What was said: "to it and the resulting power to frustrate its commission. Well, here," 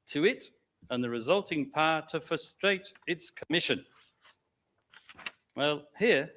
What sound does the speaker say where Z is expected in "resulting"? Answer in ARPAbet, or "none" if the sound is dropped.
Z